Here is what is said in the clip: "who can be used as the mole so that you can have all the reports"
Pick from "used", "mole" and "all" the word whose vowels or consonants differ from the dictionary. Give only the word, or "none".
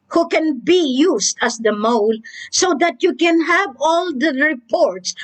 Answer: used